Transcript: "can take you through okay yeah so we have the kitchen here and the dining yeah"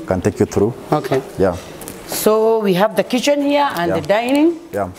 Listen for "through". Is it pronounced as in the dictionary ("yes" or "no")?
no